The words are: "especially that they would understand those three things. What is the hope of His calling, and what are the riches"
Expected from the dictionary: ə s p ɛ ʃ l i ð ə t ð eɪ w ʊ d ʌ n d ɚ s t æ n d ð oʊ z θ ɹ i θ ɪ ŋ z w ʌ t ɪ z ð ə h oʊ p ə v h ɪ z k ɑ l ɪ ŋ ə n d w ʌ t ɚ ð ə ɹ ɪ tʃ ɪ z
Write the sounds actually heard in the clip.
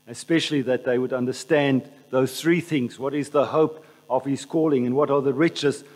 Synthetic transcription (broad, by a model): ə s p ɛ ʃ l i ð ə t ð eɪ w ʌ d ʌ n d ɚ s t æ n ð oʊ z θ ɹ i θ ɪ ŋ z w ʌ t ɪ z ð ə h oʊ p ə v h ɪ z k ɑ l ɪ ŋ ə n w ʌ t ɚ ð ə ɹ ɪ tʃ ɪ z